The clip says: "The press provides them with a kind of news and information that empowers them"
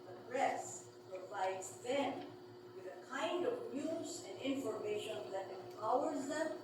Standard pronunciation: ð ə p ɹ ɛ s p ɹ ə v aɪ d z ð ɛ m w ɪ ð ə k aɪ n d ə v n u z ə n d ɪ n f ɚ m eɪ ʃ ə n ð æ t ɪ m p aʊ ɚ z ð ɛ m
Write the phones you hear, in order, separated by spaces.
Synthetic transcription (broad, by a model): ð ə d ɹ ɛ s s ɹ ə p aɪ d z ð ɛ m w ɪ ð ə k aɪ n d ə v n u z ə n d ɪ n f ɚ m eɪ ʃ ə n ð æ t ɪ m p aʊ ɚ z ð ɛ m